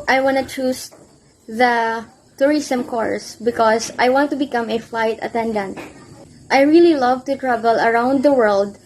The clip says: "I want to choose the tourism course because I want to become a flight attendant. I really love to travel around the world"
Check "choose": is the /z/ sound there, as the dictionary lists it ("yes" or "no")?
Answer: no